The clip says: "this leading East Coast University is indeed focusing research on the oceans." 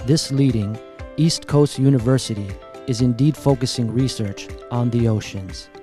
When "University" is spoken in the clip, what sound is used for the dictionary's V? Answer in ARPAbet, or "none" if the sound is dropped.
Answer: V